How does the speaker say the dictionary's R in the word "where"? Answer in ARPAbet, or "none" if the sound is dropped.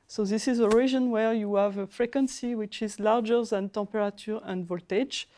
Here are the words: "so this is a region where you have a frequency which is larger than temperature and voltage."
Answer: R